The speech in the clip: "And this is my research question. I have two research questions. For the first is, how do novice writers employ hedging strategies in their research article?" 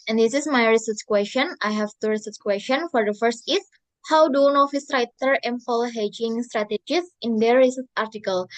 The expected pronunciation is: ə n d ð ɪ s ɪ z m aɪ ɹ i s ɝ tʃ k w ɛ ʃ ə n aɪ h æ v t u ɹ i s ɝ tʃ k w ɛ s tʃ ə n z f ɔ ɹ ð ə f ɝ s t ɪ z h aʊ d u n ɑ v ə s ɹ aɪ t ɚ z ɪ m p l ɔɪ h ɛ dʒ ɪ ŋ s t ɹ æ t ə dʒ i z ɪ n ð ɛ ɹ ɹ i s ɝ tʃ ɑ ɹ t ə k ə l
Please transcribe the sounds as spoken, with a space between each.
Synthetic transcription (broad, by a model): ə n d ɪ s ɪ s m aɪ ɹ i s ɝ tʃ k w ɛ s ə n aɪ h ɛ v t u ɹ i s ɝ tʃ k w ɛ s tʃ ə n f ɔ ɹ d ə f ɝ s t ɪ s h aʊ d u n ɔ f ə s ɹ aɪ t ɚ ɪ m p l h ɛ dʒ ɪ ŋ s t ɹ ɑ t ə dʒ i s ɪ n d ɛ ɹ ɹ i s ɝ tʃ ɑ ɹ t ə k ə l